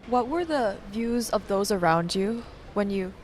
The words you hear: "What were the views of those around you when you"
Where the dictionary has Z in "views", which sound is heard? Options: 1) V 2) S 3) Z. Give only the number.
3